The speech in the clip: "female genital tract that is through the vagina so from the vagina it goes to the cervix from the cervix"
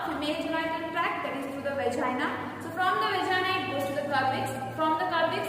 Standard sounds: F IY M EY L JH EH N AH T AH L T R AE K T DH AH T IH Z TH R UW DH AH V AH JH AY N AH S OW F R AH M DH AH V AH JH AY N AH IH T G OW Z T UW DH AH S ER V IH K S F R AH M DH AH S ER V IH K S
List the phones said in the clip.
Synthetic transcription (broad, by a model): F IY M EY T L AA AH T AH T R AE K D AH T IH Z T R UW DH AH V AH JH AY N AH S OW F R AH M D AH V AH JH AY N AH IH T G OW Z T UW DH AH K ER B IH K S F R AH M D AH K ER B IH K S